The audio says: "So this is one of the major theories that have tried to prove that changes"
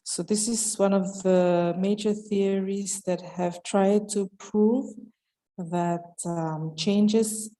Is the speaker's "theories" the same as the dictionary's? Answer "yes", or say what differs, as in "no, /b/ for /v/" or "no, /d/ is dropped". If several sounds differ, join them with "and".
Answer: yes